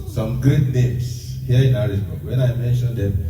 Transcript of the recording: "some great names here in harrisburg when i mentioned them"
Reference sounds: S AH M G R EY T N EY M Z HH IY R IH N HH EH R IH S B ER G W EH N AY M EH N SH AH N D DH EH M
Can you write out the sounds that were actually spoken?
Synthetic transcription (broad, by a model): S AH M G EY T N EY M S HH IY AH IH N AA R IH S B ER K W EH N AY M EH N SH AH N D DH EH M